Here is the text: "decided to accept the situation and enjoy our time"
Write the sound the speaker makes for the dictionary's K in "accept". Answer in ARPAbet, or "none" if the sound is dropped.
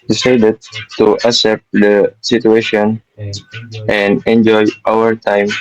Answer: none